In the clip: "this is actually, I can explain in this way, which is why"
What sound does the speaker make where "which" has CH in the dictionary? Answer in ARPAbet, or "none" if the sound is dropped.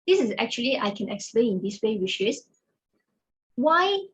SH